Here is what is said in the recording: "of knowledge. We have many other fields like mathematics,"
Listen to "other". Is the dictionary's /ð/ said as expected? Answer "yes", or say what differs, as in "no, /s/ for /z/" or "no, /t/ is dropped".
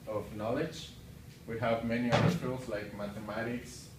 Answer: no, /ð/ is dropped